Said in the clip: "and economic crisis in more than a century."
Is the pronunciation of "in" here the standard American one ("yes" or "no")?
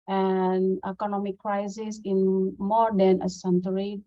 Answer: yes